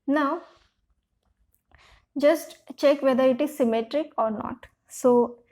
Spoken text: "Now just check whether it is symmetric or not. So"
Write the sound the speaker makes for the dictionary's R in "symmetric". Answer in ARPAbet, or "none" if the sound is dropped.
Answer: R